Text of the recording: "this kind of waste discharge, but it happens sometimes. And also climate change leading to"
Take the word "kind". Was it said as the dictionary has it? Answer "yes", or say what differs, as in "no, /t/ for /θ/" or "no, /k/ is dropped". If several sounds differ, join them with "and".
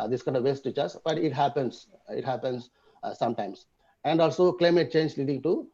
yes